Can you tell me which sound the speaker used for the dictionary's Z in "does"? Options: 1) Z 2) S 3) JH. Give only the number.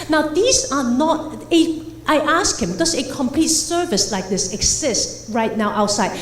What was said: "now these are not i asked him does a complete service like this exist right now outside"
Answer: 2